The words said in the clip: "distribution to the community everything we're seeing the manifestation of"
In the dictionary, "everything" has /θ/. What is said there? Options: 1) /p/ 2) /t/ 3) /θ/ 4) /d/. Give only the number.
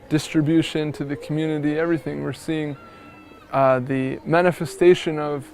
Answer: 3